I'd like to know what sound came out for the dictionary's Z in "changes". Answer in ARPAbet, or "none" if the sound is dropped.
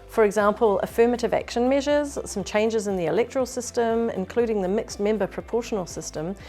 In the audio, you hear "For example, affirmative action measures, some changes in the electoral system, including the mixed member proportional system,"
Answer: Z